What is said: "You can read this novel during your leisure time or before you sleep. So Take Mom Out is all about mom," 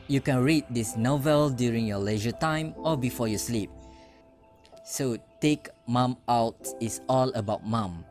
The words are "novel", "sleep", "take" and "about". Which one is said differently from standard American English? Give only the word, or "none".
none